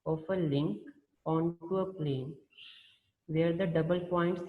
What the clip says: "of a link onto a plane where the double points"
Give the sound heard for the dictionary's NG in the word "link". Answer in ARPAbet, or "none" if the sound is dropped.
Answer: NG